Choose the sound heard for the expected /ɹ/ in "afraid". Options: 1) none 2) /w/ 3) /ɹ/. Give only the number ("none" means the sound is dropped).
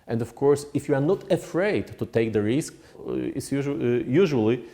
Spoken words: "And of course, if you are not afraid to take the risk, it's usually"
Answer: 3